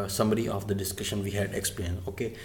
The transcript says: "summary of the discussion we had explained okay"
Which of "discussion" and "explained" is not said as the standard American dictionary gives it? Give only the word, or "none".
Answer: explained